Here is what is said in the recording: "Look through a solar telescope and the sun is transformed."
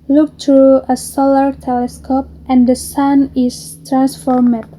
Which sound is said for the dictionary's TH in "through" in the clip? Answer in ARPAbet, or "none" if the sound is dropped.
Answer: T